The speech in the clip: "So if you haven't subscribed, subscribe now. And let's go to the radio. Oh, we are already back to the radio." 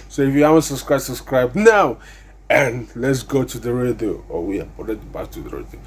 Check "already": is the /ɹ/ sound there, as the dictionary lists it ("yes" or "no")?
no